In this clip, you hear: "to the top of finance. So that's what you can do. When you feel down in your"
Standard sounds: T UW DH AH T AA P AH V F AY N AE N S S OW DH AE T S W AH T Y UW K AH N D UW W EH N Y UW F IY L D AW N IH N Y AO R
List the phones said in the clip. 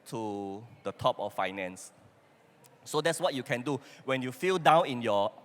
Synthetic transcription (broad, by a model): T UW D AH T AA P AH F F AY N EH N S S OW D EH T S W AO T Y UW K AH N D UW W EH N Y UW F IY L D AW N IH N Y AO